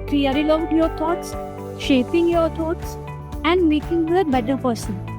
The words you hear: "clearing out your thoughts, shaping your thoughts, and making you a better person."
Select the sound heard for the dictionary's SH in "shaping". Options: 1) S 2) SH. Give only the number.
2